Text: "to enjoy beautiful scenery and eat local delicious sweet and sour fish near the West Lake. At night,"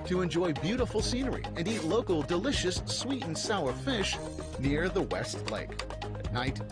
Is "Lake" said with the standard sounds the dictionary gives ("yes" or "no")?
yes